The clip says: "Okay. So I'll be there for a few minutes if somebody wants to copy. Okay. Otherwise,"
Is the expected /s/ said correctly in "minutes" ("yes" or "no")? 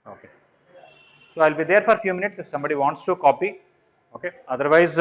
yes